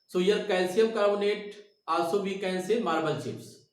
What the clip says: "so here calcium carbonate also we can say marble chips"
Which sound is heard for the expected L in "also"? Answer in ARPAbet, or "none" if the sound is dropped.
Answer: none